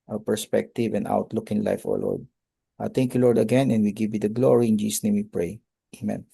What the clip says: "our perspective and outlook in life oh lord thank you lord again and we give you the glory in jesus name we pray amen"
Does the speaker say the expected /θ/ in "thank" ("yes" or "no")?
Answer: no